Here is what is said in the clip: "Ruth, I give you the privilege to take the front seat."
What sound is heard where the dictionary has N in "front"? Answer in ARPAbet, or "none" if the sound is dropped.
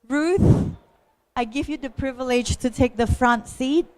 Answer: N